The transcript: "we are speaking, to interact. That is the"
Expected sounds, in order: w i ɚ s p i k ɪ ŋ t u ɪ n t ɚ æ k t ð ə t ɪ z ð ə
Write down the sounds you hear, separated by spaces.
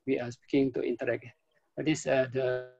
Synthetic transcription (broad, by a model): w i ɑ s p i k ɪ ŋ t u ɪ n t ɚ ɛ k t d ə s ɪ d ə